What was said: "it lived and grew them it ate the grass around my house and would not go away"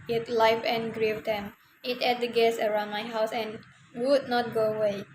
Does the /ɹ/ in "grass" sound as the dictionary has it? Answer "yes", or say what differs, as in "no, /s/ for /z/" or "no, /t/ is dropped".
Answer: no, /ɹ/ is dropped